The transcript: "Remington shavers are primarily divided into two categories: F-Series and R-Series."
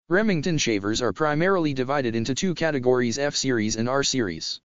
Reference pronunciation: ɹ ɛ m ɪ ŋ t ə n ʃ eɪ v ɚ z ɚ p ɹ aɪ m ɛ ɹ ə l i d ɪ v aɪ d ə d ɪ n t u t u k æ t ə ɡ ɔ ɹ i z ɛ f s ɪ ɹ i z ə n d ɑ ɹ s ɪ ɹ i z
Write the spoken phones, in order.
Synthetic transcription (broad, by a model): ɹ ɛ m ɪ ŋ t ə n ʃ eɪ v ɚ z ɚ p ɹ aɪ m ɛ ɹ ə l i d ɪ v aɪ d ə d ɪ n t u t u k æ t ə ɡ ɔ ɹ i z ɛ f s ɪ ɹ i z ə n ɑ ɹ s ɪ ɹ i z